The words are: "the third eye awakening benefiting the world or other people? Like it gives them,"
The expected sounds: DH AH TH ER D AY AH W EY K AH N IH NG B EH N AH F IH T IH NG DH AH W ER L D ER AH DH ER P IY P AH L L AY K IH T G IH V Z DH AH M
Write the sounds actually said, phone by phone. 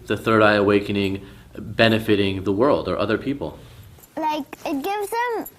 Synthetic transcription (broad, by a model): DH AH TH ER D AY AH W EY K AH N IH NG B EH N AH F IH T IH NG DH AH W ER L D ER AH DH ER P IY P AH L L AY K IH T G IH V Z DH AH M